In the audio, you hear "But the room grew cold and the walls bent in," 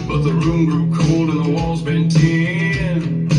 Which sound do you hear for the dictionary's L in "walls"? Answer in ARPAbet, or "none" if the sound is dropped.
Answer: L